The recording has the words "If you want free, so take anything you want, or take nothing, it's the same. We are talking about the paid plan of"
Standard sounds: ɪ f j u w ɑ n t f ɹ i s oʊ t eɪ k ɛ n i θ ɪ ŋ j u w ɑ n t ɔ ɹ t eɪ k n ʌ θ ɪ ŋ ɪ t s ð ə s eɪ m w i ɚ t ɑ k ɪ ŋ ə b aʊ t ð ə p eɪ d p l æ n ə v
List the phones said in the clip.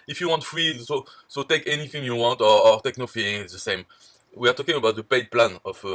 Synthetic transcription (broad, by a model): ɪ f j u w ɑ n t f ɹ i s oʊ t eɪ k ɛ n i θ ɪ ŋ j u w ɑ n t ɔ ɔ t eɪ k n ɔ f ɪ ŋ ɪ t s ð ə s eɪ m w i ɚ t ɑ k ɪ ŋ ə b aʊ t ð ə p eɪ d p l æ n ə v